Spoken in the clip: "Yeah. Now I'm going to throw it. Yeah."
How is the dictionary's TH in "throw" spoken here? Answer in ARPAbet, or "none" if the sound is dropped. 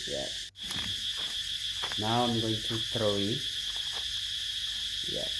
T